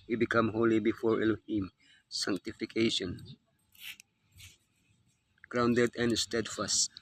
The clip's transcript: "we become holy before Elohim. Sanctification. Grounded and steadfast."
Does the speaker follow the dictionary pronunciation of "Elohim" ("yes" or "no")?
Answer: yes